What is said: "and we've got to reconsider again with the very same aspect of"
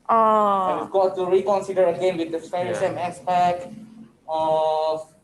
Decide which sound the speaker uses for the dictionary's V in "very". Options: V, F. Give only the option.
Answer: F